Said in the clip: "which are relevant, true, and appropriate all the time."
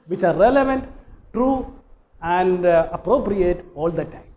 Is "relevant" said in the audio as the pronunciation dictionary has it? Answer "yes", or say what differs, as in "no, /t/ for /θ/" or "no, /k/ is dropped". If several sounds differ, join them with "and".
yes